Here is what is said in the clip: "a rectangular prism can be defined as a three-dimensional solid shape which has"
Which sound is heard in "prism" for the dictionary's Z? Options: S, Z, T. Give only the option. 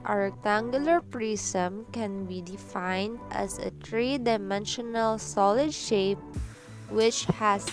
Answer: S